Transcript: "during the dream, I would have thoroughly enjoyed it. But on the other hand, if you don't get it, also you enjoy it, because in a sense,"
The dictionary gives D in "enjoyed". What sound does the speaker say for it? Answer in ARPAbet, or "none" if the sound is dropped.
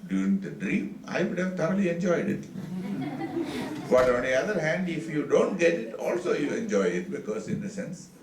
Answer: D